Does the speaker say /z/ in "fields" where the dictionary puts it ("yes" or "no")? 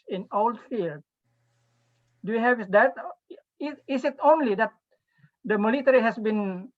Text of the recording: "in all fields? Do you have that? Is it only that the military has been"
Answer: no